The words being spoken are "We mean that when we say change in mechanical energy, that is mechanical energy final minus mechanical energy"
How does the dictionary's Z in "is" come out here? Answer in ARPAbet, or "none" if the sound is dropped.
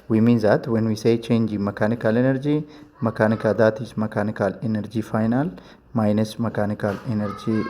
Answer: S